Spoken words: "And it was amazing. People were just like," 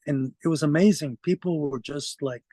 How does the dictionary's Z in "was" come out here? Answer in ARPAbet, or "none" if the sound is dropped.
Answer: Z